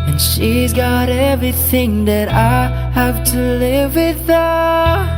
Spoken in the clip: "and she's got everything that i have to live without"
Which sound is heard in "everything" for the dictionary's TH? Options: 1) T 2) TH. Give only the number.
2